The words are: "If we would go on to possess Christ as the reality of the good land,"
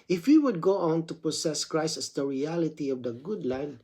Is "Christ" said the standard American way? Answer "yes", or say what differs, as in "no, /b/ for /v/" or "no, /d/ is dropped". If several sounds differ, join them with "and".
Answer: no, /t/ is dropped